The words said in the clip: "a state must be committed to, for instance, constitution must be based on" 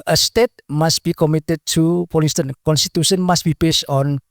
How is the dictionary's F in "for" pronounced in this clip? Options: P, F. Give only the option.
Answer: P